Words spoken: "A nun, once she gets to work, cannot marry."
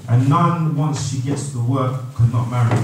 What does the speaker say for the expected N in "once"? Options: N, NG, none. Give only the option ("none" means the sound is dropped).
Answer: N